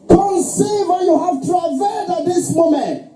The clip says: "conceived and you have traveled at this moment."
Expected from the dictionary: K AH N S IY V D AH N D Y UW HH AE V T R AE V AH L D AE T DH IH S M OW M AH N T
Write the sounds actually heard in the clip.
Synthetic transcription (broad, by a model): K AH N S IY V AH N Y UW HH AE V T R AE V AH D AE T DH IH S M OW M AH N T